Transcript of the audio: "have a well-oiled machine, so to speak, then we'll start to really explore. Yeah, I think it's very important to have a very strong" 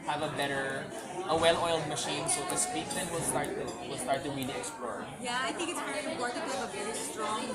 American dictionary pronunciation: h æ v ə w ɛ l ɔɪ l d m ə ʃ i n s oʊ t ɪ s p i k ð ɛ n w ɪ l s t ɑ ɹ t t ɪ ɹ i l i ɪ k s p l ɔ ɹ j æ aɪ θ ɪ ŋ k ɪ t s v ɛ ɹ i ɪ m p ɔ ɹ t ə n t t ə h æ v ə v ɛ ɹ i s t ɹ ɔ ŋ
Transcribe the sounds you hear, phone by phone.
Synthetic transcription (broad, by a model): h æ v ə w ɛ l ɔɪ l d m ə ʃ i n s oʊ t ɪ s p i k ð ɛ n w ɪ l s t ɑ ɹ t t ɪ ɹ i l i ɪ k s p l ɔ ɹ j æ aɪ θ ɪ ŋ k ɪ t s p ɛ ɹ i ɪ p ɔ ɹ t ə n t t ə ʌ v ə v ɛ ɹ i s t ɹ ɔ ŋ